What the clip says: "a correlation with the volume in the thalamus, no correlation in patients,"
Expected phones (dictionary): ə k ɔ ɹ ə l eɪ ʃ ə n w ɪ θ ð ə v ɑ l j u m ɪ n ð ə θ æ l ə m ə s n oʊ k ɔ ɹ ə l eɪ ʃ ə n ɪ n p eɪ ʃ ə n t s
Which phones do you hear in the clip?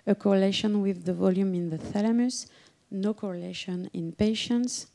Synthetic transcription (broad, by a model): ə k ɔ ɹ ə l eɪ ʃ ə n w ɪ ð ə v ɑ l j u m ɪ n ð ə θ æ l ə m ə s n oʊ k ɔ ɹ ə l eɪ ʃ ə n ɪ n p eɪ ʃ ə n t s